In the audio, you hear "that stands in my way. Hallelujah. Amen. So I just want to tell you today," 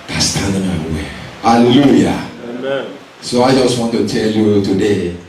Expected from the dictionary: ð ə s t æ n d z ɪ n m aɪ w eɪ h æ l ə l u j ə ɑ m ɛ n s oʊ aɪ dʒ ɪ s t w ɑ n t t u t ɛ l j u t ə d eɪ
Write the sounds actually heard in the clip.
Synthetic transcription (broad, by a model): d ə s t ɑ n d ɪ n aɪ w eɪ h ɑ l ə l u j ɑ s oʊ aɪ dʒ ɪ s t w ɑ n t t u t ɛ l j u t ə d eɪ